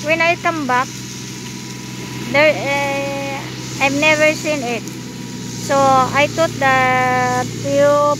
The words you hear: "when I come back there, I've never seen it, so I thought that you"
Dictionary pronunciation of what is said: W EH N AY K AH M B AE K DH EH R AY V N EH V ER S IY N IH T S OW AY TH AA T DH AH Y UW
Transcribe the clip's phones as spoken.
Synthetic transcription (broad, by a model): W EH N AY K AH M B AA K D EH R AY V N EH V ER S IY N IH T S OW AY T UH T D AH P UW